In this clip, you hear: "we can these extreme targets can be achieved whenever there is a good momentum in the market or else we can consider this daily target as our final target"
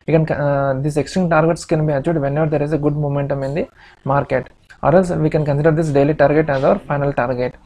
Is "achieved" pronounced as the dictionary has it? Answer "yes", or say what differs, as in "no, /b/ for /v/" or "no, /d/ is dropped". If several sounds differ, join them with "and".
no, /v/ is dropped